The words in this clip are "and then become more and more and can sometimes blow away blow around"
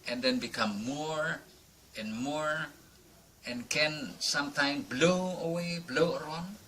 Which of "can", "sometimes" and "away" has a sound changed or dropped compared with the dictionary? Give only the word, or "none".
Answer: sometimes